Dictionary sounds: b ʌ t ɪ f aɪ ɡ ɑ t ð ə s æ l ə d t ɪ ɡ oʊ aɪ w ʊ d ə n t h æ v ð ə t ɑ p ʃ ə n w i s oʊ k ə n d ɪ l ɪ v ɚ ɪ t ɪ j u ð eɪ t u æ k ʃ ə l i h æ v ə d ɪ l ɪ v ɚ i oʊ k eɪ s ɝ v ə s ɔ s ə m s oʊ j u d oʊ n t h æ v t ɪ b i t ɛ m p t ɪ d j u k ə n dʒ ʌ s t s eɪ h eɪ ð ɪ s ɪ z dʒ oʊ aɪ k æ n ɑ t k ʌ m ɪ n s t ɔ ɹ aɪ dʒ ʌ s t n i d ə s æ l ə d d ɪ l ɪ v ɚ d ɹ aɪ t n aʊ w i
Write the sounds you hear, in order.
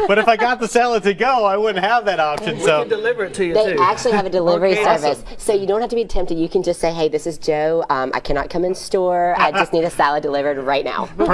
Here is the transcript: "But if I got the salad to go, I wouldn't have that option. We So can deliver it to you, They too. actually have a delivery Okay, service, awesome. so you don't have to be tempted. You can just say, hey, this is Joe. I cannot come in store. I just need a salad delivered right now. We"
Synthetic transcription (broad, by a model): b ʌ t ɪ f aɪ ɡ ɑ t ð ə s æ l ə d t ɪ ɡ oʊ aɪ w ʊ d n t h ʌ v ð ə t ɑ p ʃ ə n s oʊ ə d ɪ l ɪ v ɚ ɪ t ɪ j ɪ ð eɪ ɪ æ k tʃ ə l i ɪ v ə d ɪ l ɪ v ɚ i s ɝ v ə s ɔ ə j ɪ d oʊ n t h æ f t ɪ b i t ɛ m p t ɪ d j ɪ k ə n dʒ ʌ s t s eɪ h eɪ ð ɪ s ɪ z dʒ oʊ aɪ k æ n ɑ t k ʌ m ɪ n s t ɔ ɹ aɪ dʒ ʌ s t n i d ə s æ l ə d d ɪ l ɪ v ɚ d ɹ aɪ t n aʊ